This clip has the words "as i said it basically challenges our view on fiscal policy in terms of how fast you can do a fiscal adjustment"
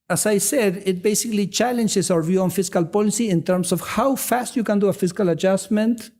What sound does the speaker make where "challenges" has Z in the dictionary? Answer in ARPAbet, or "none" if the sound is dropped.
S